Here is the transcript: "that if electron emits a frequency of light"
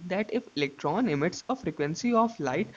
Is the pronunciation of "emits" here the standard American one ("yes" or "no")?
yes